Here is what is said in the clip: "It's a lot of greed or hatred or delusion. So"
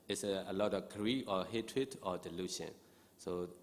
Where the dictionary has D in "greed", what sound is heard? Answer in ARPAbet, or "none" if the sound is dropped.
none